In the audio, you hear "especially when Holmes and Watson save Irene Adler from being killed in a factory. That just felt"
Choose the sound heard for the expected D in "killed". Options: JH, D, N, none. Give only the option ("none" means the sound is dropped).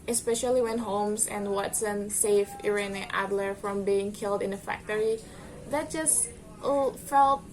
D